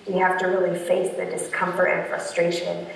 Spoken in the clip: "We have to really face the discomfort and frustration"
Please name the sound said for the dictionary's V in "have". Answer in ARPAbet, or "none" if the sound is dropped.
F